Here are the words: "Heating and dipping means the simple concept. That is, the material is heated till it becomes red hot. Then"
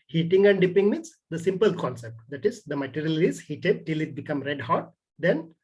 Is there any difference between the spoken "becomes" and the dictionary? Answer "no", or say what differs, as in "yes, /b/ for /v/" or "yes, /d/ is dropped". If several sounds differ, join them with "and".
yes, /z/ is dropped